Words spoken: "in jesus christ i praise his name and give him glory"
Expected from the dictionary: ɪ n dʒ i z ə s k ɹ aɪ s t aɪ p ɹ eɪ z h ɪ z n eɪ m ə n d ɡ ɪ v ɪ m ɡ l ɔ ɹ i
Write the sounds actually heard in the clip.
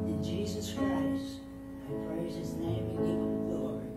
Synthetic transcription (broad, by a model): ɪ n dʒ i z ə s k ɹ aɪ s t aɪ p ɹ eɪ z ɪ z n eɪ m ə ɡ ɪ v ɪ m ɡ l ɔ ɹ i